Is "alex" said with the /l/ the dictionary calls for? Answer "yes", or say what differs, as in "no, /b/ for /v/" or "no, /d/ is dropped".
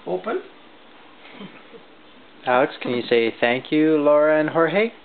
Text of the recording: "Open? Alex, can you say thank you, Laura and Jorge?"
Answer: no, /l/ is dropped